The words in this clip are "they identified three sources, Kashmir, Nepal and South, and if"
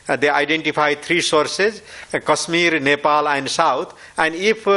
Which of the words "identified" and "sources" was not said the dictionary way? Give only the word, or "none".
identified